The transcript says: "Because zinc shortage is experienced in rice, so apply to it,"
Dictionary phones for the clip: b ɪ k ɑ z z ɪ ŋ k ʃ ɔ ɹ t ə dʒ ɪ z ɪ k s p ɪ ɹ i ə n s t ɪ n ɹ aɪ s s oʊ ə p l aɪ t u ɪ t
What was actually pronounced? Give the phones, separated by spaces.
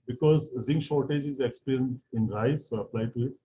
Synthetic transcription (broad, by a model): b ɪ k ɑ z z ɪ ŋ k ʃ ɔ ɹ t ə dʒ ɪ z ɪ k s p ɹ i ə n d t ɪ n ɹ aɪ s s oʊ ə p l aɪ t u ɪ t